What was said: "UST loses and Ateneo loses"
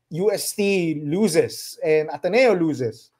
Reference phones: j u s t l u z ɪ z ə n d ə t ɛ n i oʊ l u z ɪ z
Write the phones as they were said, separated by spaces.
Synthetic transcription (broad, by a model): j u s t l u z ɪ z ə n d ə t ɛ n i oʊ l u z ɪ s